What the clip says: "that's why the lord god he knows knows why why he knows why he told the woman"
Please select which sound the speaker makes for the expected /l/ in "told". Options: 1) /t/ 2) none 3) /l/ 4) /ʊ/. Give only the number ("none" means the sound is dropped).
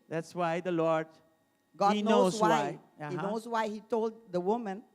3